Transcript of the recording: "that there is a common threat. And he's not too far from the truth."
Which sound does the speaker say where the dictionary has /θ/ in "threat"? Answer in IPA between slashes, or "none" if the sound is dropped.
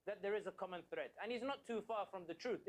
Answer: /θ/